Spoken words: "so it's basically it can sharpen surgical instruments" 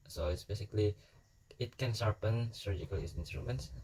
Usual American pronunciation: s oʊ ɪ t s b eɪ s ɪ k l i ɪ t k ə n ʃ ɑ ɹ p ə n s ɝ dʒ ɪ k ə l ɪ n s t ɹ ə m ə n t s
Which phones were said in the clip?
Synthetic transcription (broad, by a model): s oʊ ɪ t s b eɪ s ɪ k l i ɪ t k ə n s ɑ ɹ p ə n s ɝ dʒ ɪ k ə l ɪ n s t ɹ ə m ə n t s